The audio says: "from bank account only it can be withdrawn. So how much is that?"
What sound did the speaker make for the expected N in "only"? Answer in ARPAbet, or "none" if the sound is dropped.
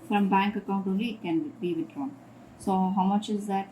none